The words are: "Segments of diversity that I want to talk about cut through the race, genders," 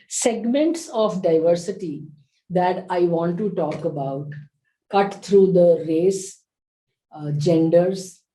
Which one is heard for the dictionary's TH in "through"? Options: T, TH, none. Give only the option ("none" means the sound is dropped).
T